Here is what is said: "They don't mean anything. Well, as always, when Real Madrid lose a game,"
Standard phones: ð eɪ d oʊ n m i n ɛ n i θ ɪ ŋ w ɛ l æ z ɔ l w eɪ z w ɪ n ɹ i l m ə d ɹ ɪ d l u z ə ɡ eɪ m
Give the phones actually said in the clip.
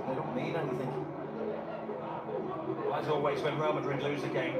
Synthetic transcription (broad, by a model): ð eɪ d oʊ n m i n ɛ n i θ ɪ ŋ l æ s ɔ l w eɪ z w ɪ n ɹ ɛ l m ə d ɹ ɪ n l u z ə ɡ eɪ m